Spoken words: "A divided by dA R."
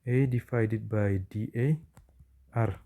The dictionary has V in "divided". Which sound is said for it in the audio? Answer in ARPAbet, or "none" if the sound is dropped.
F